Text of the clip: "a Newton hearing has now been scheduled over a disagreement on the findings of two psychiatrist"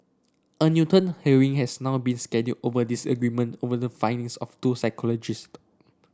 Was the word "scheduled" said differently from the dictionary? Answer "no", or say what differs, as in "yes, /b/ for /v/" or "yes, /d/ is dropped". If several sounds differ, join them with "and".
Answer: yes, /l/ is dropped